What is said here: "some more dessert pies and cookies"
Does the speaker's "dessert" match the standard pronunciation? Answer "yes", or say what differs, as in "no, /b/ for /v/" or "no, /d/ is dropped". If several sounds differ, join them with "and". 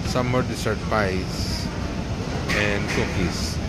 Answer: no, /s/ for /z/